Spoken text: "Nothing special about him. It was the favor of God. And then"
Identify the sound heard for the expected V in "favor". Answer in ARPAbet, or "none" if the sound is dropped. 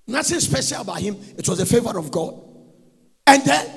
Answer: V